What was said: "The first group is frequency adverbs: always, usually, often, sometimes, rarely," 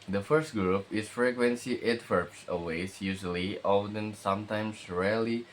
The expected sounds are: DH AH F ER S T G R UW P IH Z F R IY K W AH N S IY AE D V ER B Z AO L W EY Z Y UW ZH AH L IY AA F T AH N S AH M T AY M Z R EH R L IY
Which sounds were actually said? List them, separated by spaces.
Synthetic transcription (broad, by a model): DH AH F ER S T G R UW P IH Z F R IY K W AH N S IY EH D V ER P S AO W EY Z Y UW ZH AH L IY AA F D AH N S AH M T AY M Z R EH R L IY